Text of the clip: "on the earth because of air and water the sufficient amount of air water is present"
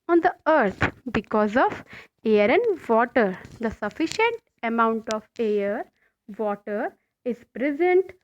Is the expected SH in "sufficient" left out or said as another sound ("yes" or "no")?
no